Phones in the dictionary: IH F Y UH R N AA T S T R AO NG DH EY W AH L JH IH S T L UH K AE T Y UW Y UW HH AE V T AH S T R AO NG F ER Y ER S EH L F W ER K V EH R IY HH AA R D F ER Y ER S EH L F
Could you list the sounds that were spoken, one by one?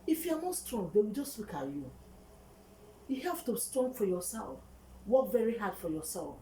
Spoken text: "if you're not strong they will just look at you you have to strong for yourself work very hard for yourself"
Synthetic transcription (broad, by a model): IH F Y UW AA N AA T S T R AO NG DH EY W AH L JH IH S T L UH K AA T Y UW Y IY HH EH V T AH S T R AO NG F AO Y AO S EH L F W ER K V EH R IY HH AA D F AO Y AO S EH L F